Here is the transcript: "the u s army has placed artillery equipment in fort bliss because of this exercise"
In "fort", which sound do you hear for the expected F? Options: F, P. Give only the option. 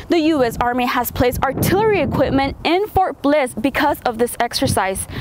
F